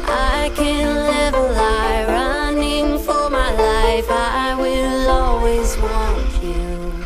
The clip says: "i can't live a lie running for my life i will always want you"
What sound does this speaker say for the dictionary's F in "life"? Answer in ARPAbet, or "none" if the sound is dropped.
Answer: F